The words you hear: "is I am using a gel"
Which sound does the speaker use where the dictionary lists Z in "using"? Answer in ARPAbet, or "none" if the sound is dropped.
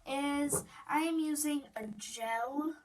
Z